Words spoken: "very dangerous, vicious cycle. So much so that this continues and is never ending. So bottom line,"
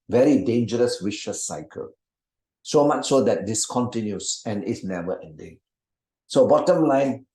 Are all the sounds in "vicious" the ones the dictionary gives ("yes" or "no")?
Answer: no